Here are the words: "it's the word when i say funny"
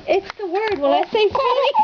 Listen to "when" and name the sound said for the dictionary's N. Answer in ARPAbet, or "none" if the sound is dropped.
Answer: L